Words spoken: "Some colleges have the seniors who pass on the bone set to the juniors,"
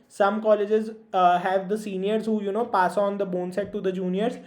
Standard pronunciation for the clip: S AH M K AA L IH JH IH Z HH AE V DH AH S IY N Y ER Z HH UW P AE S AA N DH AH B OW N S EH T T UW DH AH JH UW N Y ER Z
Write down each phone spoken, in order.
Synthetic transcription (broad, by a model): S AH M K AA L IH JH IH Z HH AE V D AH S IY N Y ER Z HH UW P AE S AA N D AH B OW N S EH T T UW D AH JH UW N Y ER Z